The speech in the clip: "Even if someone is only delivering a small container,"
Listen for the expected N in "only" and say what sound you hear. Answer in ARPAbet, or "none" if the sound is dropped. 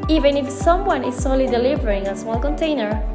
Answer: none